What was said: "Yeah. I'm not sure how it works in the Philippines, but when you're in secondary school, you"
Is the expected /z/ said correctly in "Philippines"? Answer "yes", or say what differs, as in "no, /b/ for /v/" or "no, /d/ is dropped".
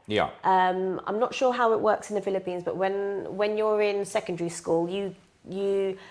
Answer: yes